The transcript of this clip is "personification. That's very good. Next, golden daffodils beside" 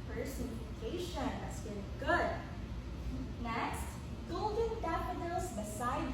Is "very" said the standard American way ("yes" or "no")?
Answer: no